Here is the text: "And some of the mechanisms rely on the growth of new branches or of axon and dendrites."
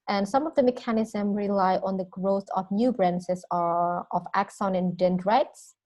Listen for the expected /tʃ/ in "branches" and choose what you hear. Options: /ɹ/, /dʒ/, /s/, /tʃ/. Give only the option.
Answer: /s/